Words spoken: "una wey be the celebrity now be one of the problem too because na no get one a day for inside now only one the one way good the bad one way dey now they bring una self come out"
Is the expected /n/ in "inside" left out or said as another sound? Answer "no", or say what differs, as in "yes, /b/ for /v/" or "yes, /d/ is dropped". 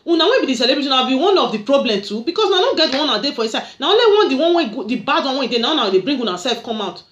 yes, /n/ is dropped